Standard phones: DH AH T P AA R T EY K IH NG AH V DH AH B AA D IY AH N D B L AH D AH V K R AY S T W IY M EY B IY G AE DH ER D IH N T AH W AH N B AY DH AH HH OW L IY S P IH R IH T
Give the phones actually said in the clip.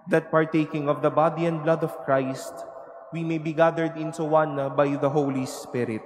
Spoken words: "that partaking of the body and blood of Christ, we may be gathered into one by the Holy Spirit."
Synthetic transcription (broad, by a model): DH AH T P AA R T EY K IH NG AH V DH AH B AA D IY AH N D B L AH D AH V K R AY S T W IY M EY B IY G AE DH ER D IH N S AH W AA N B AY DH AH HH OW L IY S P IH R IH T